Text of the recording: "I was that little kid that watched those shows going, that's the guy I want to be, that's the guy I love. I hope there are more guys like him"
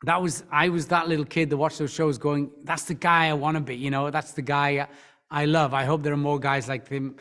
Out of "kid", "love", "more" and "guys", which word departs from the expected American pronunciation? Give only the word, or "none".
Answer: none